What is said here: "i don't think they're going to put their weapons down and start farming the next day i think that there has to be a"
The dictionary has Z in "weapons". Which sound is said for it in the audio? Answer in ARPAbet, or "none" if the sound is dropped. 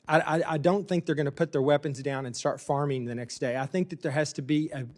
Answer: Z